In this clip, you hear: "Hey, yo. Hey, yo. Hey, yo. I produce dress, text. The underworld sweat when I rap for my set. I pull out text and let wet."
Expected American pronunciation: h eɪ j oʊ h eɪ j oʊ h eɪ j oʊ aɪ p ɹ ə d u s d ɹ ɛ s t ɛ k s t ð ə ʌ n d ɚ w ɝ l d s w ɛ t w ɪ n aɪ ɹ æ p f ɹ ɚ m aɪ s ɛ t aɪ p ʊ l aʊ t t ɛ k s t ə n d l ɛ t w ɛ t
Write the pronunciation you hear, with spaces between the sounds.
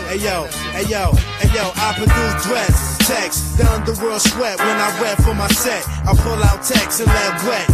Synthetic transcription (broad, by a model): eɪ j oʊ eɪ j oʊ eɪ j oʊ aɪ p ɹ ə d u d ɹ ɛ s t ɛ k s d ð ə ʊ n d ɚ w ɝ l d s w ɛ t w ɪ n aɪ w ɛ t f ɹ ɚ m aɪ s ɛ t aɪ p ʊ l aʊ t t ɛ k s ə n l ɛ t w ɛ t